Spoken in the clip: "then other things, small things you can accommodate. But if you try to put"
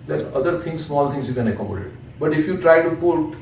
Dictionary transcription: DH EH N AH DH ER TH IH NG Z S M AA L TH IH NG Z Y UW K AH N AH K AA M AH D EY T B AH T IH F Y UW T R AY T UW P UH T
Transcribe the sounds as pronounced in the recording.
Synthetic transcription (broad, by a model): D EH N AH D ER T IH NG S S M AA L T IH NG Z Y UW K AH N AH K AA M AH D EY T B AH T IH F Y UW T R AY T UW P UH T